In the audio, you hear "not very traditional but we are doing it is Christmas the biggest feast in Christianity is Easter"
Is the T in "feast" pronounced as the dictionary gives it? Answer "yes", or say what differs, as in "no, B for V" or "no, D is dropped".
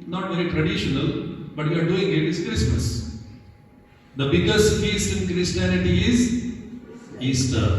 no, T is dropped